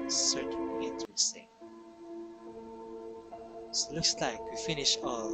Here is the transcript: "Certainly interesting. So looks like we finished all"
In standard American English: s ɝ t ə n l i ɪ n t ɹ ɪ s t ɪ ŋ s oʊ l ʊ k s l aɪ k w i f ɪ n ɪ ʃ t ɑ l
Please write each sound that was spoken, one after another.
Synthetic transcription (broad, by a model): s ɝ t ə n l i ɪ n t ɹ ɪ s t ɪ ŋ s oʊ l ʊ k s l aɪ k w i f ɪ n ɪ ʃ ɑ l